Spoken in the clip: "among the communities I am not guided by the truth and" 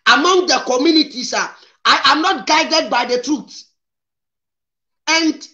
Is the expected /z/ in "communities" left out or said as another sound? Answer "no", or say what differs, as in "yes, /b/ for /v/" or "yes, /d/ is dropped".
yes, /s/ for /z/